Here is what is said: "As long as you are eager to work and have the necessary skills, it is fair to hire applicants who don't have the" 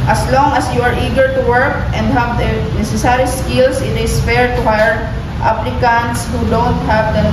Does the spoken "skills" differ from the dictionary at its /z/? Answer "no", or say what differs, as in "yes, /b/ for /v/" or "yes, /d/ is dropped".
yes, /s/ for /z/